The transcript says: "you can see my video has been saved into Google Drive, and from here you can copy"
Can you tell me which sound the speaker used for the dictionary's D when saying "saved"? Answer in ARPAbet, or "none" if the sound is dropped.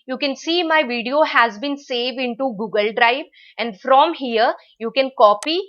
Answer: D